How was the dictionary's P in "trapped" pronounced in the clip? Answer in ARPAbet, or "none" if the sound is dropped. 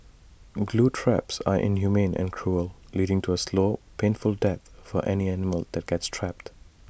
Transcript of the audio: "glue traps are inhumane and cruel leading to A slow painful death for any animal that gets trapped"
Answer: P